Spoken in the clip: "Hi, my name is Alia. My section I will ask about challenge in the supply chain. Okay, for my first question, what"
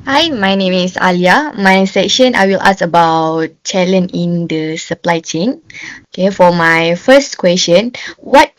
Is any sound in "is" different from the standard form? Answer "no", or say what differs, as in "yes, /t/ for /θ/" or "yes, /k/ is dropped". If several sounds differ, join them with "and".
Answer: yes, /s/ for /z/